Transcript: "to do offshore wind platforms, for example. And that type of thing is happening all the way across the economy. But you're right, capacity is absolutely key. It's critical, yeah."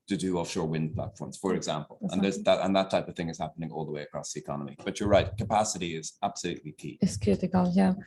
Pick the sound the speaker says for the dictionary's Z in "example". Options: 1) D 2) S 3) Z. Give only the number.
3